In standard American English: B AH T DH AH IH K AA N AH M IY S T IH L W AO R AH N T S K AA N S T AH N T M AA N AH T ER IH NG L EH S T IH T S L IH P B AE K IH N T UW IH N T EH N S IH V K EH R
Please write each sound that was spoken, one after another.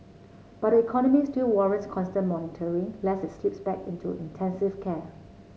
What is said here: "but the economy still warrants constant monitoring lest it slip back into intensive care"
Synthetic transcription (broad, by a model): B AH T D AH IH K AA N AH M IY S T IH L W AO R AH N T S K AA N S T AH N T M AA N AH T ER IH NG L EH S IH T S L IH P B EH K IH N T UW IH N T EH N S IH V K EH